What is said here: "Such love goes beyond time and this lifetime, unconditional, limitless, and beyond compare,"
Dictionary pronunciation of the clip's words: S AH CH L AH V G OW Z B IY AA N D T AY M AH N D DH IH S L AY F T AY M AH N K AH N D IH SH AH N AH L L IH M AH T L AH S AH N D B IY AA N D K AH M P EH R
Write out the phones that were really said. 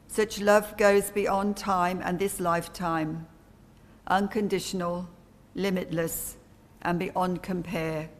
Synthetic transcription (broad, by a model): S AH CH L AH V G OW Z B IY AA N T AY M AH N DH IH S L AY F T AY M AH N K AH N D IH SH AH N AH L L IH M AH T L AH S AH N B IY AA N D K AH M P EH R